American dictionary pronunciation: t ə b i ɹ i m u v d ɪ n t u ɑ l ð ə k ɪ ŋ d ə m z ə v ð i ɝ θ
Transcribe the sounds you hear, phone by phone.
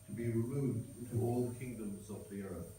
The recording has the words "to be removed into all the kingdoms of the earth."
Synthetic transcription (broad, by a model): t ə b i ɹ i m u v d ɪ n t u ɑ l ð ə k ɪ ŋ d ə m z ə v ð i ɝ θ